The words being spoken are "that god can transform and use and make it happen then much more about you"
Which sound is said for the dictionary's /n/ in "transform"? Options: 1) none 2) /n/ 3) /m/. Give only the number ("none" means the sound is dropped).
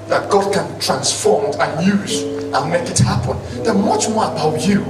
2